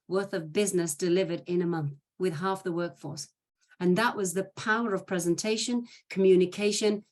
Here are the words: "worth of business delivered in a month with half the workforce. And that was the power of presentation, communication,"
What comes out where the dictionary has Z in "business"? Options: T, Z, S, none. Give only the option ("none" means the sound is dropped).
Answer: Z